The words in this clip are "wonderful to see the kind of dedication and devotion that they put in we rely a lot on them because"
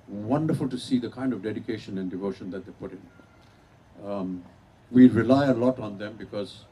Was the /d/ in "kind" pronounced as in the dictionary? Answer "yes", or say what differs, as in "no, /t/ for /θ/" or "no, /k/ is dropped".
yes